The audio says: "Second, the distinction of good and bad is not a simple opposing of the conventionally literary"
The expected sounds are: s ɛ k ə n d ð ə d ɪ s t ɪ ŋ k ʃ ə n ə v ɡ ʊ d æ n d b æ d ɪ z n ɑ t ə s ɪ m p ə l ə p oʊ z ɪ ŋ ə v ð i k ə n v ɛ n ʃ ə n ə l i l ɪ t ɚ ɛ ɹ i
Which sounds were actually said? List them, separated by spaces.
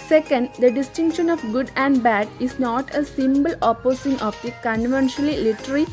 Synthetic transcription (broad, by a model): s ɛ k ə n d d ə d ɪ s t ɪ ŋ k ʃ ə n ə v ɡ ʊ d æ n d b æ d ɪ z n ɑ t ə s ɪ m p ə l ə p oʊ s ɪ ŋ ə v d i k ə n v ɛ n ʃ ə n ə l i l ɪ t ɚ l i